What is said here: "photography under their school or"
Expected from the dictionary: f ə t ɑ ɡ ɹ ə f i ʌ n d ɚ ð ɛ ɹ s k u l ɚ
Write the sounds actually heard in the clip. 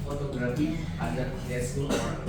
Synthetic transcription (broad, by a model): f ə t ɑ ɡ ɹ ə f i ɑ d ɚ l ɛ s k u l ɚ